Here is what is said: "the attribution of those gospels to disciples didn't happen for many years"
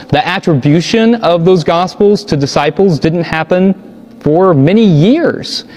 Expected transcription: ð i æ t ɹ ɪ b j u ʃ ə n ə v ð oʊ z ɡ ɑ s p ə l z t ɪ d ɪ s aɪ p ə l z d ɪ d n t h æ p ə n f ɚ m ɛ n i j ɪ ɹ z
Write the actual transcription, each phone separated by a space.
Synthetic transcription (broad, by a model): ð i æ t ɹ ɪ b j u ʃ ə n ə v ð oʊ z ɡ ɑ s p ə l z t ɪ d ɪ s aɪ p l z d ɪ d n t h æ p ə n f ɚ m ɛ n i j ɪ ɹ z